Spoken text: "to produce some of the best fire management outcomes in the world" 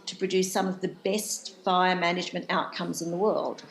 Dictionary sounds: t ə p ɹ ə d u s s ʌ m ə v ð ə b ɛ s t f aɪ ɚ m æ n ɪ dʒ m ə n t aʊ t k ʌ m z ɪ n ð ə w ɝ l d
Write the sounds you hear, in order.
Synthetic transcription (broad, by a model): t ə p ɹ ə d u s s ʌ m ə v ð ə b ɛ s t f aɪ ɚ m æ n ɪ dʒ m ə n t aʊ t k ʌ m z ɪ n ð ə w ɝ l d